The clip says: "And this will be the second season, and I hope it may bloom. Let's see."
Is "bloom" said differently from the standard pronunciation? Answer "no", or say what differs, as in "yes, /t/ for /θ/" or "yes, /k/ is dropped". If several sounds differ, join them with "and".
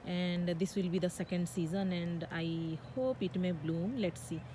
no